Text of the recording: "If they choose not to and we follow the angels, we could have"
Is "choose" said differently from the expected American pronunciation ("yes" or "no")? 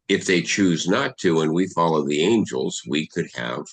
no